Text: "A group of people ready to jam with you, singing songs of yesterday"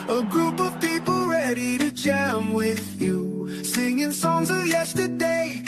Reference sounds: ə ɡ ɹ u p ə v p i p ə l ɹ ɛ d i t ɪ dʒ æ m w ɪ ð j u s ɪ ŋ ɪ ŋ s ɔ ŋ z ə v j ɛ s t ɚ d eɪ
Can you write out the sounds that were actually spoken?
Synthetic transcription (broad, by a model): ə ɡ ɹ u p ə v p i p l ɹ ɛ d i t ɪ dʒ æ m w ɪ ð j u s ɪ ŋ ɪ ŋ s ɔ ŋ z ə v j ɛ s t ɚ d eɪ